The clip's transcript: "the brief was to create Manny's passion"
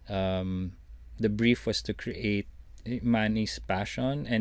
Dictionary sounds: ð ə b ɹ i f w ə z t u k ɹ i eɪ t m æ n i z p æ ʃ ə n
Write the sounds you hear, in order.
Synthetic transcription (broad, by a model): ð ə b ɹ i f w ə s t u k ɹ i eɪ t m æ n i s p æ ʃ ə n